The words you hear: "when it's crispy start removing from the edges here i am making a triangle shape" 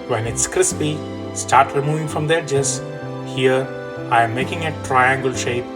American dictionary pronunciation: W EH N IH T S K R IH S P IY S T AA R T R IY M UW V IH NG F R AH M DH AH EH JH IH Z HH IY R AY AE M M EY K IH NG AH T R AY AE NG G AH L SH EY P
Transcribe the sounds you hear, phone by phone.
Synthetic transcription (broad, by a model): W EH N IH T S K R IH S P IY S T AA R T R IY M UW V IH NG F R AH M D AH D JH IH S HH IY R AY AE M M EY K IH NG AH T R AY AE NG G AH L SH EY P